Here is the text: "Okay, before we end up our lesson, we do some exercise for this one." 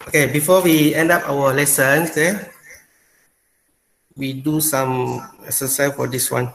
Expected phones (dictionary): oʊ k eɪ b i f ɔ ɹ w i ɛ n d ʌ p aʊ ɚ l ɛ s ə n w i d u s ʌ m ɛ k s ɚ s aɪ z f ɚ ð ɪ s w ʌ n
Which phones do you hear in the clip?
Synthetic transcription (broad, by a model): oʊ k eɪ b i f ɔ w i ɛ n d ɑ p aʊ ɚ l ɛ s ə n w i d u s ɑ m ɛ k s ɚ s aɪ f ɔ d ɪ s w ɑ n